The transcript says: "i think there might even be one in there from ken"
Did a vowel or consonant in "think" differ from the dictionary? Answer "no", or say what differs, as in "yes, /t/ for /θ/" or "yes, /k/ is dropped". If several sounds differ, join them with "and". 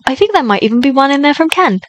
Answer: no